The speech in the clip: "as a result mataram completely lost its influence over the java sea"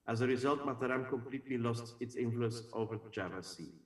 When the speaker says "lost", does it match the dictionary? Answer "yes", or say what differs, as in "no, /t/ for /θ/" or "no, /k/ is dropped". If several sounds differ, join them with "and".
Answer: yes